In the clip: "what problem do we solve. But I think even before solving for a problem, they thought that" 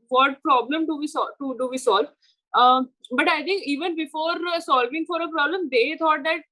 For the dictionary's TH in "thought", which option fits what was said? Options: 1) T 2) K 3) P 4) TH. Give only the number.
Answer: 1